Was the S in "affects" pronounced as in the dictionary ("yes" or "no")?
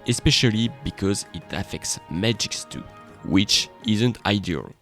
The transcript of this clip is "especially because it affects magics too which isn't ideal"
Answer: yes